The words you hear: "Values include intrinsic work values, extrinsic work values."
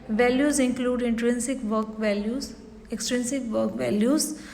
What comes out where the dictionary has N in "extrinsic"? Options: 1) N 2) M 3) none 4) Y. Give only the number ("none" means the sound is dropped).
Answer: 1